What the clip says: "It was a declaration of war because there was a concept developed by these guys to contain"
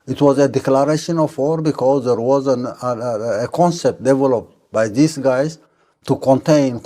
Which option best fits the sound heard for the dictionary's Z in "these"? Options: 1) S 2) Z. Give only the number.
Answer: 1